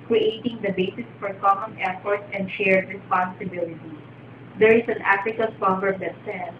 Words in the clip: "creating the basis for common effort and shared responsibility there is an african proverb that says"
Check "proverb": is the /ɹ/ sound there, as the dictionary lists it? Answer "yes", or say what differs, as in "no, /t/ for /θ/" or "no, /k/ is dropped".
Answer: no, /ɹ/ is dropped